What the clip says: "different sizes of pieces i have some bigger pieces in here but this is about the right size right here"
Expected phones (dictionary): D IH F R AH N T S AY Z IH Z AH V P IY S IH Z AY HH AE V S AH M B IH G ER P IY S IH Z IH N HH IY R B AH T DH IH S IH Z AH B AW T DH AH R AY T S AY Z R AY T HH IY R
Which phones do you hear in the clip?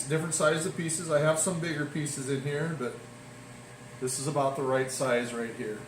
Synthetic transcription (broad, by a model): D IH F R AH N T S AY IH Z AH V P IY S IH Z AY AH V S AH M B IH G ER P IY S IH Z IH N HH IY R B AH T DH IH S IH Z AH B AW T DH AH R AY T S AY Z R AY T HH IY R